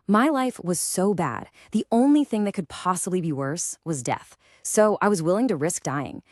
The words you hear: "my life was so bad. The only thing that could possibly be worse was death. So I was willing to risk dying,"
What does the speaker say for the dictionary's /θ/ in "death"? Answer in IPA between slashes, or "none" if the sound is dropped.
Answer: /θ/